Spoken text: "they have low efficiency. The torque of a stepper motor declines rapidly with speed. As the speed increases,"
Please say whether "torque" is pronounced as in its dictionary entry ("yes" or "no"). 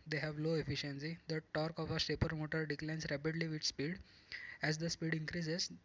yes